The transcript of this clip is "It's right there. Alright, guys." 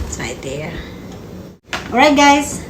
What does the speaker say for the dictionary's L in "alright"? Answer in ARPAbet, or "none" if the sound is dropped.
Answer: none